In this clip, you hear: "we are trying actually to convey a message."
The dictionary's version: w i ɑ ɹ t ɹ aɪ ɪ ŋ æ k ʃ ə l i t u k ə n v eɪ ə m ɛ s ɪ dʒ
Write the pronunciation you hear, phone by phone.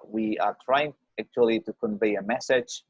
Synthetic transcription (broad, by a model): w i ɑ ɹ t ɹ aɪ ɪ ŋ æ k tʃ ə l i t u k ə n v eɪ ə m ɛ s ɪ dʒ